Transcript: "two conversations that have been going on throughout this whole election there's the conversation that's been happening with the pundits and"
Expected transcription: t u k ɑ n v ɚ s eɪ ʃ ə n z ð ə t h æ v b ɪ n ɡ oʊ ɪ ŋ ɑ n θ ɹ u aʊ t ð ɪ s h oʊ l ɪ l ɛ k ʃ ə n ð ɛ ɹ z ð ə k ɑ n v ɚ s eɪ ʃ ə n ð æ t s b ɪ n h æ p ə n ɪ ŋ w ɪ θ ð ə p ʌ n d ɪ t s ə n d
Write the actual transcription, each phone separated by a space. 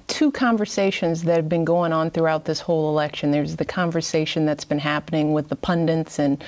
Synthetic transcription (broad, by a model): t u k ɑ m v ɚ s eɪ ʃ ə n z ð ə t h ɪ v b ɪ n ɡ oʊ ɪ ŋ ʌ n θ ɹ u aʊ t ð ɪ s h oʊ l ɪ l ɛ k ʃ ə n ð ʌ ɹ z ð ə k ɑ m v ɚ s eɪ ʃ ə n ð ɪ t s b ɪ n h æ p ə n ɪ ŋ w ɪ ð ə p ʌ n d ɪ t s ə n